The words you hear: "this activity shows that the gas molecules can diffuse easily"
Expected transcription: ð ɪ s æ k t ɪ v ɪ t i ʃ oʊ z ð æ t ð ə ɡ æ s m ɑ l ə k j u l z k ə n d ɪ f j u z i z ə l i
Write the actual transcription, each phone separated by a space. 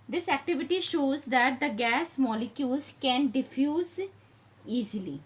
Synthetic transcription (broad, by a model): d ɪ s æ k t ɪ v ɪ t i ʃ oʊ z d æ t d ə ɡ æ s m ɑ l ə k j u l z k ə n d ɪ f j u z i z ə l i